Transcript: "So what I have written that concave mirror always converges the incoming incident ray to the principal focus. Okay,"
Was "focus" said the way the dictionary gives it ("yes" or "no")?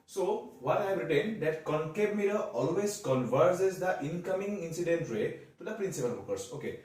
no